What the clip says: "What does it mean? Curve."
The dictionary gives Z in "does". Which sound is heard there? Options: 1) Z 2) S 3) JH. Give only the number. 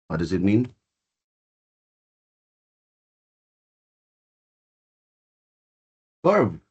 1